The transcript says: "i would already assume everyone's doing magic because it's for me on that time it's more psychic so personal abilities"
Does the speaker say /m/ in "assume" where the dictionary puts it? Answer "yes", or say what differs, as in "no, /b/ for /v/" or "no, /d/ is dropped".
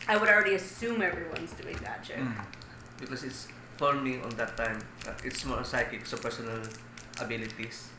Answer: yes